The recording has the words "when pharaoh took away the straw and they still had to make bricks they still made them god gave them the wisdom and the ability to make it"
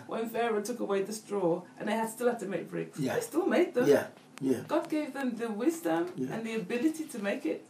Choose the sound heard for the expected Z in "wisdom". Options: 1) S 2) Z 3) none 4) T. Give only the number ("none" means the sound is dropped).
2